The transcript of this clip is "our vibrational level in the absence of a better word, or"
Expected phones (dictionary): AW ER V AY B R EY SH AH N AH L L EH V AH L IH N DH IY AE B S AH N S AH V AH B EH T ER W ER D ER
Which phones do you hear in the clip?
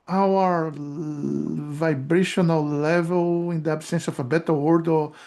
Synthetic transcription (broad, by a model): AW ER V AY B R EY SH AH N AH L L EH V AH L IH N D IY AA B S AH N S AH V AH B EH T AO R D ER